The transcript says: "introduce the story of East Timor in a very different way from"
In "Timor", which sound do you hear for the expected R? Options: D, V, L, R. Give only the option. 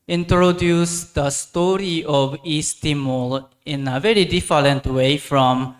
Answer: L